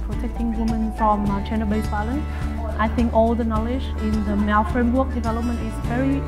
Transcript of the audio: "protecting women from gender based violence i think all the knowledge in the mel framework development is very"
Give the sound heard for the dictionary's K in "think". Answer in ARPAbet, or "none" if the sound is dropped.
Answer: K